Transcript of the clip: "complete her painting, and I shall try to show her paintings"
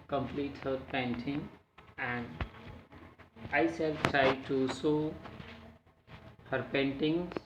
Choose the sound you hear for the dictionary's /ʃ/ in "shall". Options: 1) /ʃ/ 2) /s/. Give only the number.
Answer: 2